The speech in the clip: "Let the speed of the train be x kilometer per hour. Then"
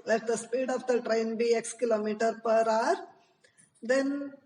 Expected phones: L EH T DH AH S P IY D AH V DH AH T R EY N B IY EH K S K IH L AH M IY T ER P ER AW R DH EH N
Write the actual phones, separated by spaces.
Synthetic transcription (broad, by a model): L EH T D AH S P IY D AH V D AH T R EY N B IY EH K S K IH L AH M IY T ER P ER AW R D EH N